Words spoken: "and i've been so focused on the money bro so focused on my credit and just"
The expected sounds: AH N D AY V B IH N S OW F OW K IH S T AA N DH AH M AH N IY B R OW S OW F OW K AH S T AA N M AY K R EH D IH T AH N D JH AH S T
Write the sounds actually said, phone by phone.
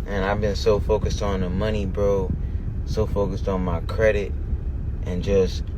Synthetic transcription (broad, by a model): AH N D AY V B IH N S OW F OW K IH S T N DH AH M AH N IY B R OW S OW F OW K AH S T N M AY K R EH D IH T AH N JH AH S T